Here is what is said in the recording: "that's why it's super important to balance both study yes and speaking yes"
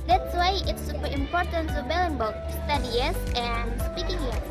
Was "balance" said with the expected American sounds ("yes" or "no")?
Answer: no